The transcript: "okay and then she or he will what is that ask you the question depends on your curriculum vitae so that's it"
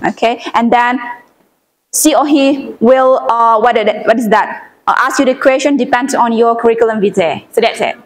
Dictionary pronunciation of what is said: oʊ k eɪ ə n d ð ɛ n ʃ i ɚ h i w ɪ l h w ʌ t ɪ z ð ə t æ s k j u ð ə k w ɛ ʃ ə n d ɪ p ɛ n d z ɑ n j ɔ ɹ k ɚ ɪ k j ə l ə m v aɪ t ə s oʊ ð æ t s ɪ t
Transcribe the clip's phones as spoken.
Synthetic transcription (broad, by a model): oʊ k eɪ ə n d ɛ n s i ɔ h i w ɪ l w w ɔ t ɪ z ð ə t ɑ s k j u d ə k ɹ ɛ ʃ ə n d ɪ p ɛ n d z ɑ n j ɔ k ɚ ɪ k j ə l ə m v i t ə s oʊ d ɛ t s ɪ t